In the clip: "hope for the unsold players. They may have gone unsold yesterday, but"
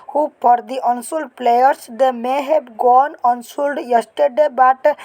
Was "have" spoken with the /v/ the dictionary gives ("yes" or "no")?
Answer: no